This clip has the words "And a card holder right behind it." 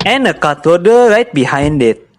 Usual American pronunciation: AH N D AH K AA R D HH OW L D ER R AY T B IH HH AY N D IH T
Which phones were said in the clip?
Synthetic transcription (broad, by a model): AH N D AH K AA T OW D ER R AY T B IH HH AY N D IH T